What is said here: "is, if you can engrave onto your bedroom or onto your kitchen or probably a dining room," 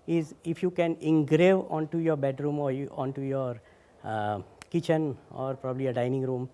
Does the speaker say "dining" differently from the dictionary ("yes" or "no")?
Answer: no